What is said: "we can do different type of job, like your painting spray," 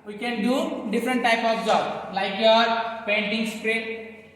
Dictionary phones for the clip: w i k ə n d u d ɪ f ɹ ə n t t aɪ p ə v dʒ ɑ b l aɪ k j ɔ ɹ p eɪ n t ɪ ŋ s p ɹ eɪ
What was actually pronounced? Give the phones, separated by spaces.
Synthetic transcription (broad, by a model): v i k ə n d u d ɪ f ɹ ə n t t aɪ p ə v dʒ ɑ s l aɪ k j ɔ ɹ p eɪ n t ɪ ŋ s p ɹ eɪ